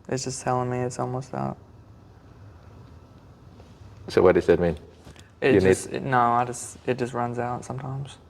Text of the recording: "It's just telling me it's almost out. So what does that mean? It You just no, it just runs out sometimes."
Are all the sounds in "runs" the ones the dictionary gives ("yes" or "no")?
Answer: yes